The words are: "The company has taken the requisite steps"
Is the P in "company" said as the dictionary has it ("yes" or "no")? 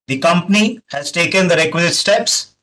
yes